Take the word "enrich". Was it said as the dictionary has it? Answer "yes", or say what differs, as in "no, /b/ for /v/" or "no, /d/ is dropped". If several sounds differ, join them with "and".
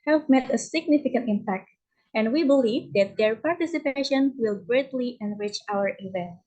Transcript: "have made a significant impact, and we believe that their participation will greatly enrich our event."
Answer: yes